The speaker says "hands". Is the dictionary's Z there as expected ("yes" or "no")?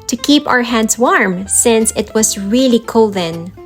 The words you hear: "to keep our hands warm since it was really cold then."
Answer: no